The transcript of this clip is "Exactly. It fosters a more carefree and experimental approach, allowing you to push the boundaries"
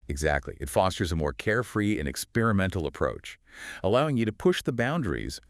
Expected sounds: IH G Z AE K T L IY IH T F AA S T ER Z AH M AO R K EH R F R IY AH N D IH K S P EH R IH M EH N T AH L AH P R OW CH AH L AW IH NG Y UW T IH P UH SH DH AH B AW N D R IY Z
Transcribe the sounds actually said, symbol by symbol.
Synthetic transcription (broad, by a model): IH G Z AE K T L IY IH T F AA S T ER Z AH M AO R K EH R F R IY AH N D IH K S P EH R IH M EH N T L AH P R OW CH AH L AW IH NG Y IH T IH P UH SH DH AH B AW N D R IY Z